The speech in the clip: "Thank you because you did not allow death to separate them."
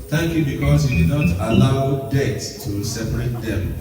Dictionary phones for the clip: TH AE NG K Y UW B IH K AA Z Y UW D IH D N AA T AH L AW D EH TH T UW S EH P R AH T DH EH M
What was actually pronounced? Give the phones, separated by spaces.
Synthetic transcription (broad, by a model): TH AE NG K Y UW B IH K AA S Y UW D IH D N AA T AH L AW D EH T T UW S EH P R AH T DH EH M